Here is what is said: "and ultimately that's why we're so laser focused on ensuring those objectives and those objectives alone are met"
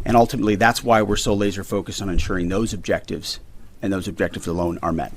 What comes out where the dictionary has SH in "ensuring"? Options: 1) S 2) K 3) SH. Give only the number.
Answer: 3